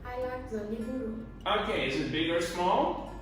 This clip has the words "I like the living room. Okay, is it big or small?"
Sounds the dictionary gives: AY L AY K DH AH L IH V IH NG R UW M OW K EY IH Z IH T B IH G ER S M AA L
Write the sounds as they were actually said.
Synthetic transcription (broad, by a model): AY L AY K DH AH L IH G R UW OW K EY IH S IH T B IH G ER S M AA L